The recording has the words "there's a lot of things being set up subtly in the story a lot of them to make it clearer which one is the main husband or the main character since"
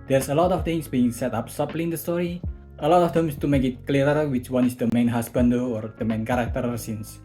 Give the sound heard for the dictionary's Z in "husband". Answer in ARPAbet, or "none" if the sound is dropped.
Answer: S